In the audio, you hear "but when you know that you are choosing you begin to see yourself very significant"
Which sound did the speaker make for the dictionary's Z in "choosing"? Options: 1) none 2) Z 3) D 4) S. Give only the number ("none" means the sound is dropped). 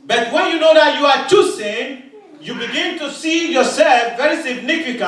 4